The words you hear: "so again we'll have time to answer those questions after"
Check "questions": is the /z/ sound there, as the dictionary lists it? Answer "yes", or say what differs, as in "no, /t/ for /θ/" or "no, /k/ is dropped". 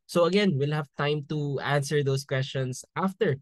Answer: no, /s/ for /z/